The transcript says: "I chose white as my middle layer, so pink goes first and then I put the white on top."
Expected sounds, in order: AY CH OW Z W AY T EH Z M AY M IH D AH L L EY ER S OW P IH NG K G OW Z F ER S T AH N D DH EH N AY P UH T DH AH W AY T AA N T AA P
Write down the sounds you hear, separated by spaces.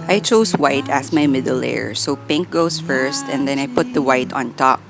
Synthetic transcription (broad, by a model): AY CH OW S W AY T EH S M AY M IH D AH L L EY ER S OW P IH NG K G OW S F ER S T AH N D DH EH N AY P UH T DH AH W AY T AA N T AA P